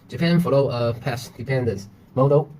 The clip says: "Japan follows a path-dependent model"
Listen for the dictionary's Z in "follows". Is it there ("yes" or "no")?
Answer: no